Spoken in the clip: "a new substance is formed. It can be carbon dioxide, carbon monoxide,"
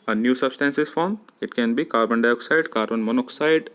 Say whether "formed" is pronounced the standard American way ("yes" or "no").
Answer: no